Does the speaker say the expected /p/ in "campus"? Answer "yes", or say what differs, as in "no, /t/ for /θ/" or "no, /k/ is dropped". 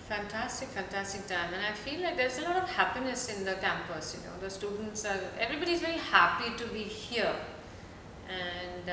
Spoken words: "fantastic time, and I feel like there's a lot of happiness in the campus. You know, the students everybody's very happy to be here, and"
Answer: yes